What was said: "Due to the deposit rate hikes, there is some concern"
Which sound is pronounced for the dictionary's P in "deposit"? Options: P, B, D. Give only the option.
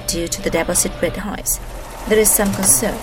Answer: B